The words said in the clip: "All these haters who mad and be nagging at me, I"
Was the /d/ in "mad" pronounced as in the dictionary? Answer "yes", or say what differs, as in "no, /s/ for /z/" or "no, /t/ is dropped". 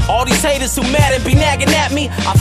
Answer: yes